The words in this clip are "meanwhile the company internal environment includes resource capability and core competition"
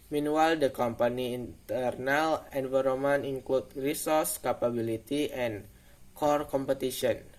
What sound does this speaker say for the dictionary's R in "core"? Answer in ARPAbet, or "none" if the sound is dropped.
R